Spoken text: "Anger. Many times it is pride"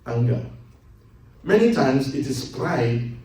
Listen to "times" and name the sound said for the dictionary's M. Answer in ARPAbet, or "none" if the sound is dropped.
M